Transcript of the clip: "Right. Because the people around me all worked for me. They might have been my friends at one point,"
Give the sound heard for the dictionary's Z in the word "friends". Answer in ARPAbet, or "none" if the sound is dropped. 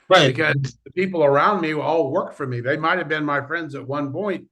Z